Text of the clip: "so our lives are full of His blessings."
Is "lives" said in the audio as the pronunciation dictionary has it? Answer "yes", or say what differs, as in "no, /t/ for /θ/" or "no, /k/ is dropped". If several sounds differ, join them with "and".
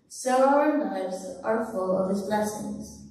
no, /n/ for /l/